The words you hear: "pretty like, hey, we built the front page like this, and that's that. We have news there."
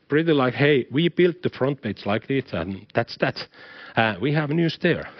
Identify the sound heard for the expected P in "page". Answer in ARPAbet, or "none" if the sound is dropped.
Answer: B